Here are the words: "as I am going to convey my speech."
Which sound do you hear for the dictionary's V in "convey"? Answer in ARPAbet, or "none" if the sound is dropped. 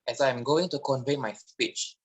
V